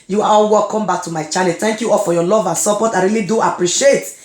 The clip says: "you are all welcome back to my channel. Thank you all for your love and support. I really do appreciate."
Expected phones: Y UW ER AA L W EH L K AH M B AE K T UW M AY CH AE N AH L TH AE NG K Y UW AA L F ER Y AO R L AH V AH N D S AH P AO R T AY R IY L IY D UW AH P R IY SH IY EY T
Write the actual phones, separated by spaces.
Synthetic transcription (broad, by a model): Y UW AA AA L W EH L K AH M B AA K T UW M AY CH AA L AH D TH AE NG K Y UW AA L F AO Y AO L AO V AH N S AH P AO T AY R IY L IY D UW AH P R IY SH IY EY T